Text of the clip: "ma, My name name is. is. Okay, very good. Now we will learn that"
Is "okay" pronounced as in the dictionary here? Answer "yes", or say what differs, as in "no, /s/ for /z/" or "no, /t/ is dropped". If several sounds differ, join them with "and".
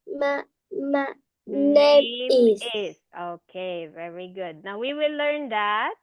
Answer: yes